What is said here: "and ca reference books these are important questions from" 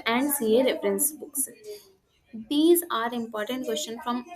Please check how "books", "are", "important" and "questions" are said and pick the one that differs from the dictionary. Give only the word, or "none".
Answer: questions